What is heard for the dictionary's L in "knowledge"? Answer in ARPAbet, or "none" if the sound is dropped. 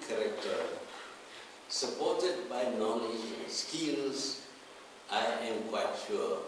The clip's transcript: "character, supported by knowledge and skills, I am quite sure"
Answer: N